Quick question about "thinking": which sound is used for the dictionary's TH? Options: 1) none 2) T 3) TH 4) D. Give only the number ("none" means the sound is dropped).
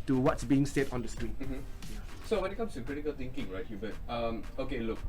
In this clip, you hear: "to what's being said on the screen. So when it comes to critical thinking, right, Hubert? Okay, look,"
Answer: 2